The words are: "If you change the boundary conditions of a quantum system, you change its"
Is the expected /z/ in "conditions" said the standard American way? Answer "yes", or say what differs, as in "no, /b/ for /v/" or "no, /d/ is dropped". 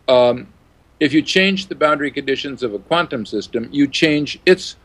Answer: yes